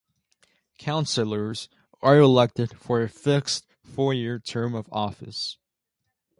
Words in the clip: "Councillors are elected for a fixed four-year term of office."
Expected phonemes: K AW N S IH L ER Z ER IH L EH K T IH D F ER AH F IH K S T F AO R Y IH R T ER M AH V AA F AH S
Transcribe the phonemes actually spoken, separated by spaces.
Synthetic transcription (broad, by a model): K AW N S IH L ER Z ER IH L EH K T IH D F ER AH F IH K S T F AO R Y IH R T ER M AH V AA F AH S